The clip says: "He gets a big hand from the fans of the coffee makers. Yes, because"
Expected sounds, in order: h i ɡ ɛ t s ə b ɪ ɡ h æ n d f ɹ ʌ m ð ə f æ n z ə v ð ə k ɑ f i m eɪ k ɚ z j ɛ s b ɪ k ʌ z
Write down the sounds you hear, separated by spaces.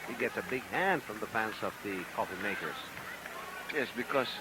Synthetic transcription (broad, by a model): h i ɡ ɛ t s ə b ɪ ɡ h æ n d f ɹ ʌ m ð ə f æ n s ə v ð ə k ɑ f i m eɪ k ɚ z j ɛ s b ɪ k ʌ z